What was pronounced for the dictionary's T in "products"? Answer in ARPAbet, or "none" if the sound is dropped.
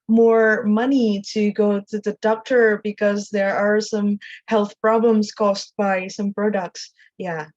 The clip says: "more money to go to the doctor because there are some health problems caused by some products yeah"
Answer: T